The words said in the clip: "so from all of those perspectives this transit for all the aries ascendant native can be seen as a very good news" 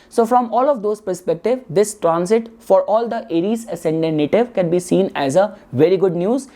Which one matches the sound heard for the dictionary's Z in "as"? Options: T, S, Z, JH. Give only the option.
Z